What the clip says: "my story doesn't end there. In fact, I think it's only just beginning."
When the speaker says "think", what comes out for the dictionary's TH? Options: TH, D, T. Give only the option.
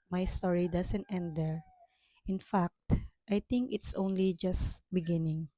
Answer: T